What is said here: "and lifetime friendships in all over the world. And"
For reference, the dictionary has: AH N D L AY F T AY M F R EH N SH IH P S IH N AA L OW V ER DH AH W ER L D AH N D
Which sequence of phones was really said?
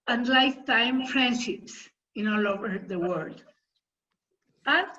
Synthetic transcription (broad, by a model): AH N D L AY F T AY M P R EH N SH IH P S IH N AA L OW V ER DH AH W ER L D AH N